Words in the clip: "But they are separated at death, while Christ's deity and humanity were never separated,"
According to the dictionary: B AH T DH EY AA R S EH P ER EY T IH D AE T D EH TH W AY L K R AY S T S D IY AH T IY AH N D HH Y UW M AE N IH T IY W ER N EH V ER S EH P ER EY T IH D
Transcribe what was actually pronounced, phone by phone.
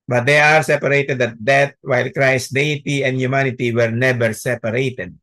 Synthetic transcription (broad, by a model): B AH T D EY AA R S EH P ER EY T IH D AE T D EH T W AY L K R AY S S D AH T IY AH N D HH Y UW M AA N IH T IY W ER N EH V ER S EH P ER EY T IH D